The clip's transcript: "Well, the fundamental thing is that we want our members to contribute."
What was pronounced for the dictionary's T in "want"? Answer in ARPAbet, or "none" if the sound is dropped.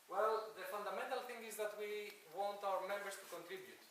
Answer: T